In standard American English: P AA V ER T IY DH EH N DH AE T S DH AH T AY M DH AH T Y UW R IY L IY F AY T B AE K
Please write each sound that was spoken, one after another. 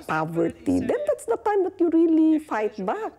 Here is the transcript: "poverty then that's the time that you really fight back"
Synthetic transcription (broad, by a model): P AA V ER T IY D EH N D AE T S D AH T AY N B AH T Y UW R IY L IY F AY T B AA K